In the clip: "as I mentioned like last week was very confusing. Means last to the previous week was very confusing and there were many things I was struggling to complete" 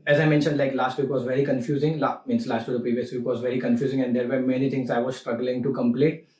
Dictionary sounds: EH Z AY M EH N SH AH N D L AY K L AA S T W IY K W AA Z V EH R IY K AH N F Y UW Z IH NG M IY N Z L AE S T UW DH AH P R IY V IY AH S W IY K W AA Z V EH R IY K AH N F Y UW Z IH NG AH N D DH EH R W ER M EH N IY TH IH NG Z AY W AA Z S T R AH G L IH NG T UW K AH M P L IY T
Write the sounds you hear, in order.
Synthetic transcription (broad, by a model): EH Z AY M EH N SH AH N D L AY K L AA S T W IY K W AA Z V EH R IY K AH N F Y UW Z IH NG M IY N S L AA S T UW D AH P R IY V IY AH S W IY K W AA Z V EH R IY K AH N F Y UW Z IH NG AH N D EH R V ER M EH N IY T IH NG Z AY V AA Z S T R AH G L IH NG T UW K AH M P L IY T